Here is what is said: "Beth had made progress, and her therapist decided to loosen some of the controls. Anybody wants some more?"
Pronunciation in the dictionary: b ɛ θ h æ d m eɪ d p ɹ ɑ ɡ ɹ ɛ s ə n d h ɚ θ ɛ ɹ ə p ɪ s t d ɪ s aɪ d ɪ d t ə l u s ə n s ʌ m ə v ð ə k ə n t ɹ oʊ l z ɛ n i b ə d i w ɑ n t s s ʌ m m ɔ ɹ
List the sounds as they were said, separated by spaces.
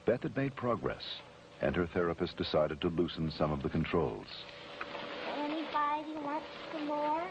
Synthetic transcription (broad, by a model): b ɛ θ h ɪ d m eɪ d p ɹ ɑ ɡ ɹ ɛ s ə n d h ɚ θ ɛ ɹ ə p ɪ s t d ɪ s aɪ d ɪ d t ə l u s n s ʌ m ə v ð ə k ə n t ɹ oʊ l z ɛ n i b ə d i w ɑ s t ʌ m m ɔ ɹ